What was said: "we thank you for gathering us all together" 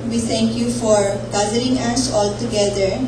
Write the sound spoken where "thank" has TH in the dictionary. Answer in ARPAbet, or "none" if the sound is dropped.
T